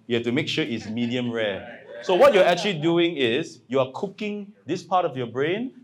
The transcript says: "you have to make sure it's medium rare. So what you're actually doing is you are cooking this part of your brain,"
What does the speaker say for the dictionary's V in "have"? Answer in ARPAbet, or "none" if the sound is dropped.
F